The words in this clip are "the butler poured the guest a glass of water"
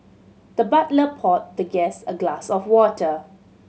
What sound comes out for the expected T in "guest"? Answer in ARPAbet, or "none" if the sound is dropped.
none